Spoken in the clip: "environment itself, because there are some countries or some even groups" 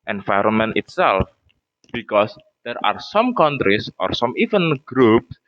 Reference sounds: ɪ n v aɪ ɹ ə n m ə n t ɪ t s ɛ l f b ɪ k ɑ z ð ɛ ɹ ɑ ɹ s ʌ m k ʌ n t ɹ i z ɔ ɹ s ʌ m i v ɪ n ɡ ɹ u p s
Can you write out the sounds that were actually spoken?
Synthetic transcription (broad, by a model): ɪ n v aɪ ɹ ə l m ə n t ɪ t s ɛ l f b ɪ k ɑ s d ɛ ɹ ɑ ɹ s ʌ m k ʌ n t ɹ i s ɔ ɹ s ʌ m i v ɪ n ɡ ɹ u p s